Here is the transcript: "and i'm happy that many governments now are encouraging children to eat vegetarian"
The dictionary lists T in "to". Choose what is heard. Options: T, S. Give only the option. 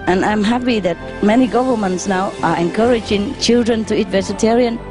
T